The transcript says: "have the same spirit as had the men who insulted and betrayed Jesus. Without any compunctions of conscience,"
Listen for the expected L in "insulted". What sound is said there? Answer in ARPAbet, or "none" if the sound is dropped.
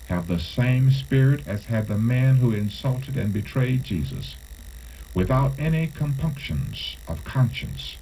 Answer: L